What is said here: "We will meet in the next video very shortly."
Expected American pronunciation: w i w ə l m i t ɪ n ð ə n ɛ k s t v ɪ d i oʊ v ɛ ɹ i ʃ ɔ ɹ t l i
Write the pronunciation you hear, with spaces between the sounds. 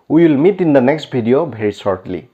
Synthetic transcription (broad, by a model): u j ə l m i t ɪ n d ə n ɛ k s t b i d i oʊ b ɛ ɹ i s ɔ ɹ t l i